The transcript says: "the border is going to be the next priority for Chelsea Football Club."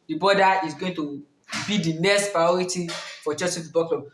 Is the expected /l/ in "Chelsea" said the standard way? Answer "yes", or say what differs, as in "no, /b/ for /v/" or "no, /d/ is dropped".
no, /l/ is dropped